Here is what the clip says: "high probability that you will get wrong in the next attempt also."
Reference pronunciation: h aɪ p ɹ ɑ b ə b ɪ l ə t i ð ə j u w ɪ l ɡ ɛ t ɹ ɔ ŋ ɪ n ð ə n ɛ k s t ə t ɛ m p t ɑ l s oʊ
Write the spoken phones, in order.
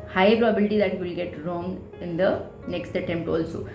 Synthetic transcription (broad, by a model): h aɪ p ɹ ɑ b ə b ɪ l ə t i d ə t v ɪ l ɡ ɛ t ɹ ɔ ŋ ɪ n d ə n ɛ k s t ə t ɛ m p t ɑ l s oʊ